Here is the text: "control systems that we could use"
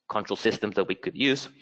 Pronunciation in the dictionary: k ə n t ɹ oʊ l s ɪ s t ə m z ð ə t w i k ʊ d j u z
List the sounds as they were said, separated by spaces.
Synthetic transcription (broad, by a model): k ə n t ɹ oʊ l s ɪ s t ə m z ð ə t w i k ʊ d j u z